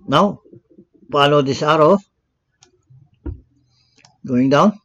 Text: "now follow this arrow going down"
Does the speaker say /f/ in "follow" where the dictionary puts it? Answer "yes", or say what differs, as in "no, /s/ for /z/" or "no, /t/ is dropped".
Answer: no, /p/ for /f/